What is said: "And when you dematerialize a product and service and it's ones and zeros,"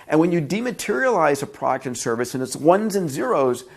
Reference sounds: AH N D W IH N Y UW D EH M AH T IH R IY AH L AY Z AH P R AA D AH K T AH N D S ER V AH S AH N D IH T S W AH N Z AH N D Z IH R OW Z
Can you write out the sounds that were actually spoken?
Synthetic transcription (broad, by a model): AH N W IH N Y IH D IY M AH T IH R IY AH L AY Z AH P R AA D AH K T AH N S ER V AH S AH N IH T S W AH N Z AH N Z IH R OW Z